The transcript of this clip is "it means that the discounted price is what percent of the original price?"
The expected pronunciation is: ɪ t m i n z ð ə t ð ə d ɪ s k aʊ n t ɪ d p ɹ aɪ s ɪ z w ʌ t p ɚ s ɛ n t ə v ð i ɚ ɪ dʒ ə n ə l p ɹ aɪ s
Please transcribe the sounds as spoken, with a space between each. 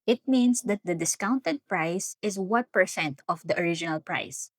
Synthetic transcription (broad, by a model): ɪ t m i n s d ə t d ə d ɪ s k aʊ n t ɪ d p ɹ aɪ s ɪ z w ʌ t p ɚ s ɛ n t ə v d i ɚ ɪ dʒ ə n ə l p ɹ aɪ s